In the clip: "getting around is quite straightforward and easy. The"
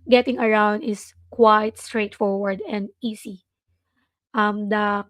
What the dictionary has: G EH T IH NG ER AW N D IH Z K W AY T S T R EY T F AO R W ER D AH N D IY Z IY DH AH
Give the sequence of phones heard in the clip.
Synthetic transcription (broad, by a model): G EH T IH NG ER AW N D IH S K W AY T S T R EY T F AO R W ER D AH N D IY S IY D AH